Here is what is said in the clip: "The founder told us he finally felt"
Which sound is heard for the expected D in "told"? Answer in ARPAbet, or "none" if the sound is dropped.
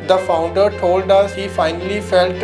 D